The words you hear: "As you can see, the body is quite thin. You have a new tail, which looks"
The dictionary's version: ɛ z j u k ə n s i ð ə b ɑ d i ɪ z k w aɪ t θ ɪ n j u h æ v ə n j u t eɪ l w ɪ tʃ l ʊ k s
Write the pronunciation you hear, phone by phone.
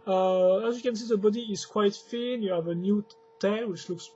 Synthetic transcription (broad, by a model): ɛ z j u k ə n s i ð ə b ɑ d i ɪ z k w aɪ t f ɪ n j u h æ v ə n j u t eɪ n w ɪ tʃ l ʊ k s